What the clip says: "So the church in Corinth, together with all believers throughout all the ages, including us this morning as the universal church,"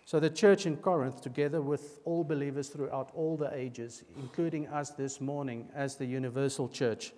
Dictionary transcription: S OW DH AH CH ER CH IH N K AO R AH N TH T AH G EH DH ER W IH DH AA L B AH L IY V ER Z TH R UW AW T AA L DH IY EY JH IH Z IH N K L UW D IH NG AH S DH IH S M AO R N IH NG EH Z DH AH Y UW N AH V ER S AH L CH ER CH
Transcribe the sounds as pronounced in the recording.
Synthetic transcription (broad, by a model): S OW DH AH CH ER CH IH N K AO R AH N TH T AH G EH DH ER W IH DH AA L B AH L IY V ER Z TH R UW AW T AA L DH IY EY JH IH Z IH N K L UW D IH NG AH S DH IH S M AO R N IH NG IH Z DH AH Y UW N AH V ER S AH L CH ER CH